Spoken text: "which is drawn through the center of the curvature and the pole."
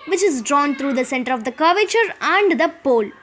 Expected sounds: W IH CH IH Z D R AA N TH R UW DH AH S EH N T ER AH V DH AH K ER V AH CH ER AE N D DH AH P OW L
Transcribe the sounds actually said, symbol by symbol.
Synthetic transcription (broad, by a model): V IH CH IH Z D R AA N T R UW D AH S EH N T ER AH V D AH K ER V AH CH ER AE N D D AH P OW L